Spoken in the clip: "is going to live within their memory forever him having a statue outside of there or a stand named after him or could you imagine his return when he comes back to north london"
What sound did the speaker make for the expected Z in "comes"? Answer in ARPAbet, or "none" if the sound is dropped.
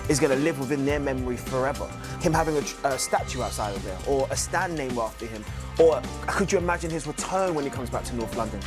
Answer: Z